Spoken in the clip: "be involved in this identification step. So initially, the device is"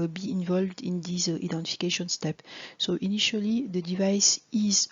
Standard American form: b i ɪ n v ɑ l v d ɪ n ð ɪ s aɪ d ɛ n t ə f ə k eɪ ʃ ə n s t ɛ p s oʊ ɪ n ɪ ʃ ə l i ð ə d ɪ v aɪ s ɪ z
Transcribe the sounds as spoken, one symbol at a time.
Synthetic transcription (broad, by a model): b i ɪ n v ɑ l v d ɪ n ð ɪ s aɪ d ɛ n t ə f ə k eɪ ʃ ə n s t ɛ p s oʊ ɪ n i ʃ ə l i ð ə d ɪ v aɪ s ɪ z